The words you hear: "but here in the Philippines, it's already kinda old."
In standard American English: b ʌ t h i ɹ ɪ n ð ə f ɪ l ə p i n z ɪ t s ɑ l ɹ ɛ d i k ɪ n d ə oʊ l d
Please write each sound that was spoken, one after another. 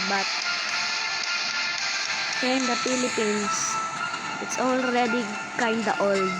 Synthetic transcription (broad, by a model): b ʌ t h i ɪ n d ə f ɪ l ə p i n s ɪ t s ɑ l ɹ ɛ d i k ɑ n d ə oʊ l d